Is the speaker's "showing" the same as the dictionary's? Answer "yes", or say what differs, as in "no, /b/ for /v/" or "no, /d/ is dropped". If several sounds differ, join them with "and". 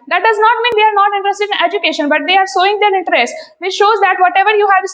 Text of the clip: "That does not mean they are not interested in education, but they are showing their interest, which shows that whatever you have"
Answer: no, /s/ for /ʃ/